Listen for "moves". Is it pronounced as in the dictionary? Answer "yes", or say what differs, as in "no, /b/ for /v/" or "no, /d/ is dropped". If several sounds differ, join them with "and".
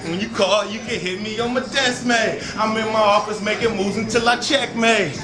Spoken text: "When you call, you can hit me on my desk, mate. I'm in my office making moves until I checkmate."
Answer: no, /v/ is dropped